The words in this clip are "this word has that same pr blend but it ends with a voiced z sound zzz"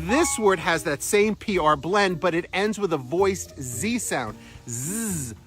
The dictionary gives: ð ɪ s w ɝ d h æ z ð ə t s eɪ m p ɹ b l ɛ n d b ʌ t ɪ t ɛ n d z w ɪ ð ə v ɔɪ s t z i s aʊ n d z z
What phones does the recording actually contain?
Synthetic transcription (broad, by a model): ð ɪ s w ɝ d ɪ z ð ə t s eɪ m p ɹ b l ɛ n d b ʌ t ɪ t ɛ n d z w ɪ ð ə v ɔɪ s t z i s aʊ n d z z